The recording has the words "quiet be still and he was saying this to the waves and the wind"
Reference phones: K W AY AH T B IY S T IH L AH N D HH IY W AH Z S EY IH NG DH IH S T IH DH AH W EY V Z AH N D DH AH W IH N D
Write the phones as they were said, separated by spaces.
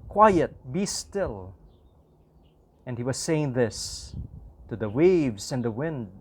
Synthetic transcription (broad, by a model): K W AY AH T B IY S T IH L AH N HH IY W AH Z S EY IH NG DH IH S T IH DH AH W EY V Z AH N DH AH W IH N D